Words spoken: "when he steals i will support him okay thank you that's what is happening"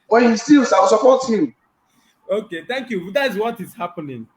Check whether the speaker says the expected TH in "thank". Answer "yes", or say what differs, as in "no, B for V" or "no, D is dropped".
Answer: no, T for TH